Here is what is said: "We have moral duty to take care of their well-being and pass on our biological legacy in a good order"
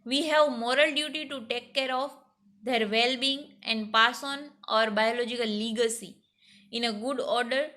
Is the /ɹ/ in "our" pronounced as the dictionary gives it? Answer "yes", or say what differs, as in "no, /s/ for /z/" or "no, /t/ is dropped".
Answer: yes